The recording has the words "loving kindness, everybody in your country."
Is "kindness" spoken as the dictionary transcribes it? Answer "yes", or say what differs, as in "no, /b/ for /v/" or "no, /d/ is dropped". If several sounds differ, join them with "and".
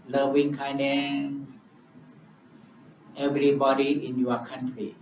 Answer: no, /s/ is dropped